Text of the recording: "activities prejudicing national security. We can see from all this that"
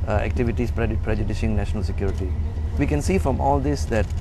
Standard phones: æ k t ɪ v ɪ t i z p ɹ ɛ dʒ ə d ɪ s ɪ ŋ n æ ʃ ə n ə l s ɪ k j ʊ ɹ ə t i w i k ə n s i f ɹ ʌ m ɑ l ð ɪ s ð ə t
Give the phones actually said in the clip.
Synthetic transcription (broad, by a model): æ k t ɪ v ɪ t i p p ɹ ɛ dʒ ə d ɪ ʃ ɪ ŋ n æ ʃ ə n ə l s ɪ k j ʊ ɹ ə t i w i k ə n s i f ɹ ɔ m ɑ l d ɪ s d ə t